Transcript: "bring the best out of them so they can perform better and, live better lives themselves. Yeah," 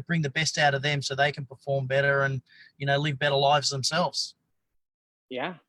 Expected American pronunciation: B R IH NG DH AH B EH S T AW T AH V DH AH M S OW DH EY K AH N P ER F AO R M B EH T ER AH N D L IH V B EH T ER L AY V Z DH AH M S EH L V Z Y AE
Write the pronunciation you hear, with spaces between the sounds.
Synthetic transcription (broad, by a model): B R IH NG DH AH B EH S T AW T AH V DH AH M S OW DH EY K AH N P ER F AO R M B EH T ER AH N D L IH V B EH T ER L AY V Z DH AH M S EH L V Z Y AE